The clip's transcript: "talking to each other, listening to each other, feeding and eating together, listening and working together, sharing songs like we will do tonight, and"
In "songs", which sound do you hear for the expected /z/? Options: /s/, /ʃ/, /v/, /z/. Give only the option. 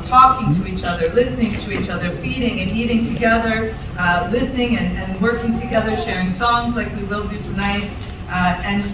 /z/